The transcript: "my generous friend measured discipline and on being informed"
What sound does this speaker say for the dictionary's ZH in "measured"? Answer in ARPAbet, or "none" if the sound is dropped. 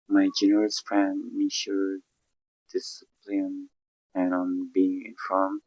SH